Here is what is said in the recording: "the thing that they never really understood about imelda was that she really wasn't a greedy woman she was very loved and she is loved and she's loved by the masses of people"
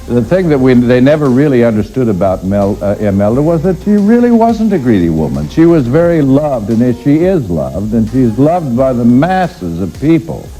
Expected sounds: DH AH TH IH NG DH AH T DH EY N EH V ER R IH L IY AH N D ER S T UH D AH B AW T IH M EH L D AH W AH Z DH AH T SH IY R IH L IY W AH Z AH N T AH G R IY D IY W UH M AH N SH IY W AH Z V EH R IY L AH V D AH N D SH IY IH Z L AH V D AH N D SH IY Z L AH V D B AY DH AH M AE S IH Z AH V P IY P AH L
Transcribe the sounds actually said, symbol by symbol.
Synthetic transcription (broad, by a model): DH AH TH IH NG DH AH T DH EY N EH V ER R IH L IY AH N D ER S T UH D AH B AW T IH M EH L D AH W AH Z DH AH T SH IY R IH L IY W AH Z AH N T AH G R IY D IY W UH M AH N SH IY W AH Z V EH R IY L AH V D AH N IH SH IY IH Z L AH V D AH N SH IY Z L AH V D B AY DH AH M AE S IH Z AH V P IY P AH L